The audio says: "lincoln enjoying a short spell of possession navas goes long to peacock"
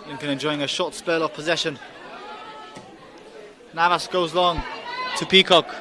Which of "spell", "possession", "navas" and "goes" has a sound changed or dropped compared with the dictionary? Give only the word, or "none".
none